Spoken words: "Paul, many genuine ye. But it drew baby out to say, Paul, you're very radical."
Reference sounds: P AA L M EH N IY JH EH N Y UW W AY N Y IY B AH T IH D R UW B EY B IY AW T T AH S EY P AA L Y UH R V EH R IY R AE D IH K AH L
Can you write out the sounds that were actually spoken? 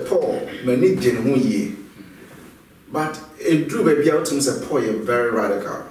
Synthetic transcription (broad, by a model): P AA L M EH N IY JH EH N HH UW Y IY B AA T IH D UW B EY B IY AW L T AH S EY P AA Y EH V EH R IY R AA D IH K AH L